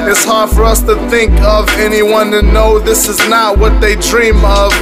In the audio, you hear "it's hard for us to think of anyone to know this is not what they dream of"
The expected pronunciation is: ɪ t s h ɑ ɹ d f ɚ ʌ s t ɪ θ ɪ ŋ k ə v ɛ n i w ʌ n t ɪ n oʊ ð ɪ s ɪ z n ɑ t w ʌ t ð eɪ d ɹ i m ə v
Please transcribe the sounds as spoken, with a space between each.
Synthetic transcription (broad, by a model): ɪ t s h ɑ ɹ d f ɚ ʌ s t ɪ θ ɪ ŋ k ə v ɛ n i w ʌ n t ɪ n oʊ ð ɪ s ɪ z n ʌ t w ʌ t ð eɪ d ɹ i m ə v